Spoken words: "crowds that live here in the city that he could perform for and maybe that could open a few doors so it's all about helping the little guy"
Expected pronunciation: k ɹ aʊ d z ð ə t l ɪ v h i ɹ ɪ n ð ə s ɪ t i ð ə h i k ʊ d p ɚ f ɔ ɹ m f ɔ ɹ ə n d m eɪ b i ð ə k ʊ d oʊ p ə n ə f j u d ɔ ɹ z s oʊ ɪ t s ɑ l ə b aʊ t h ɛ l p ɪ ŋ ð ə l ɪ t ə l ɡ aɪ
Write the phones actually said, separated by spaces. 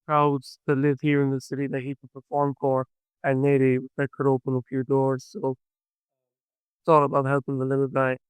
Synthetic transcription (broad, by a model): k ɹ aʊ d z ð ə t l ɪ v h i ɹ ɪ n ð ə s ɪ t i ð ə h i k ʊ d p ɚ f ɔ ɹ m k ɔ ɹ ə n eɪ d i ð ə k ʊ d oʊ p ə n ə p j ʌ d ɔ ɹ z s oʊ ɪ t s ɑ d ə b aʊ t h ɛ l p ɪ ŋ ð ə l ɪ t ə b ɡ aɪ